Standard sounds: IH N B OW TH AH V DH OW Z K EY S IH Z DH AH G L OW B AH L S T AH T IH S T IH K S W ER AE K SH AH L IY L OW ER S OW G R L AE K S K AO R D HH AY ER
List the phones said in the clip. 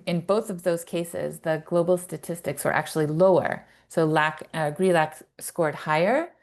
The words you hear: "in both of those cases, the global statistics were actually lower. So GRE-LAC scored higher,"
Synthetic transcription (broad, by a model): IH N B OW TH AH V DH OW Z K EY S IH Z DH AH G L OW B L S T AH T IH S T IH K S W ER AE K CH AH L IY L OW ER S OW G R L AE K S K AO R D HH AY ER